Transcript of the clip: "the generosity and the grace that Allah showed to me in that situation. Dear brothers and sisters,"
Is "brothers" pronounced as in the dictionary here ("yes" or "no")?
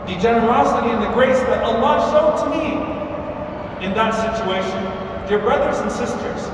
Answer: yes